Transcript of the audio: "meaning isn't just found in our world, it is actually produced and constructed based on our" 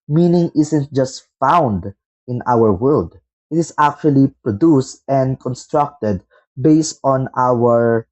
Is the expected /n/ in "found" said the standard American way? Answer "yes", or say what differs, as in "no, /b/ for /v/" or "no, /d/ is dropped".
yes